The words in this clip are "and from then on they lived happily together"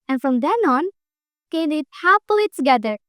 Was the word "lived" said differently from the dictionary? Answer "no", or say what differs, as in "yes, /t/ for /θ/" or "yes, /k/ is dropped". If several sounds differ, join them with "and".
yes, /v/ is dropped